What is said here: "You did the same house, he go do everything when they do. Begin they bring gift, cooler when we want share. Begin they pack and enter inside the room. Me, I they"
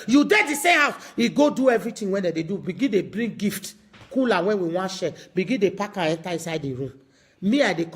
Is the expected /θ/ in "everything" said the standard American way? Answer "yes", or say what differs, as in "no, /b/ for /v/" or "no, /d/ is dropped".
no, /t/ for /θ/